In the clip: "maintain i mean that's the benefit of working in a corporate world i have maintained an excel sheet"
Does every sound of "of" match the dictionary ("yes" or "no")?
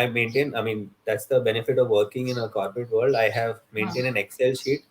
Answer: yes